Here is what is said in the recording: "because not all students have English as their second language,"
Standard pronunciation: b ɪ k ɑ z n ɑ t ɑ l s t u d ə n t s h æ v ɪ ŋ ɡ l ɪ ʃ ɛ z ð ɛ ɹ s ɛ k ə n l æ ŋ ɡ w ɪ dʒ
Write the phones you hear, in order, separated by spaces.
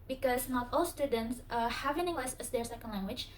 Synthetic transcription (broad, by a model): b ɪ k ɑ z n ɑ t ɑ l s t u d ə n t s h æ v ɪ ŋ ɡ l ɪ s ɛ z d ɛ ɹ s ɛ k ə n l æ ŋ ɡ w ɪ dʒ